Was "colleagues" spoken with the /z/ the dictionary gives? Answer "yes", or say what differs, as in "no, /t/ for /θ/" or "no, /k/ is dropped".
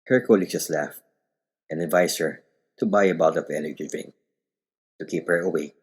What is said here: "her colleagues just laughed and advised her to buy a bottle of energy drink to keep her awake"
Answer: no, /z/ is dropped